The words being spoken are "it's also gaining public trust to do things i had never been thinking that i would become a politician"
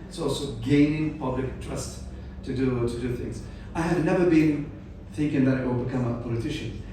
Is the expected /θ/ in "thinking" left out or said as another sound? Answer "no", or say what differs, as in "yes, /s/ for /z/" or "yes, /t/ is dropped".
no